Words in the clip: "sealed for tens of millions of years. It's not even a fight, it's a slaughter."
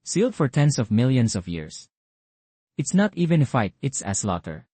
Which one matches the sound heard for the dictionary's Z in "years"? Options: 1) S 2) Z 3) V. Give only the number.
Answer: 1